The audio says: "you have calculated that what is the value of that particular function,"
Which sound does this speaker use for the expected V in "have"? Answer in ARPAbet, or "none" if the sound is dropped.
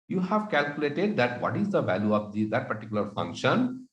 V